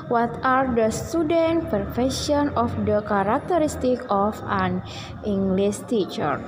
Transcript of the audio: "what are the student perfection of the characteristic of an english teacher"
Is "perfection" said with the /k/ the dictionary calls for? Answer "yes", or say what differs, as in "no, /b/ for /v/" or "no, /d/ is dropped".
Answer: no, /k/ is dropped